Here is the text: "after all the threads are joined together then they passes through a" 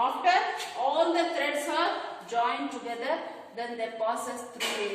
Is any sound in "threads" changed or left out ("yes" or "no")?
yes